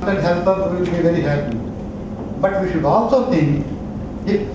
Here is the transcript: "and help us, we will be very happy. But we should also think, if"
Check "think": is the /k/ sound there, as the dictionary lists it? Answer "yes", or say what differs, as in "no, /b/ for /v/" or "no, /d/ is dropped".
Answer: no, /k/ is dropped